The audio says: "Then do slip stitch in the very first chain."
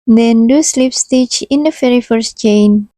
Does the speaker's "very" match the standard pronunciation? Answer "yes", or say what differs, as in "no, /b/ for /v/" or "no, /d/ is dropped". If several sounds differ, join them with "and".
no, /f/ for /v/